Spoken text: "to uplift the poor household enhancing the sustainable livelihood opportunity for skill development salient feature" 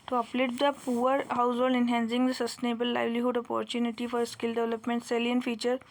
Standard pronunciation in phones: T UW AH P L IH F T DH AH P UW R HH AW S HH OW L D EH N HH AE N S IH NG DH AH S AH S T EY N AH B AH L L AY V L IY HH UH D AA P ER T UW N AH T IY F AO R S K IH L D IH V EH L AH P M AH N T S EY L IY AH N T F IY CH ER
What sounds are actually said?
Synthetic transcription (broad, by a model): T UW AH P L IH T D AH P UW R HH AW S HH OW L D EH N HH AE N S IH NG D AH S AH S T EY N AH B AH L L AY V L IY HH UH D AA P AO T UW N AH T IY F AO R S K IH L D IH V EH L AH P M AH N T S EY L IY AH N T F IY CH ER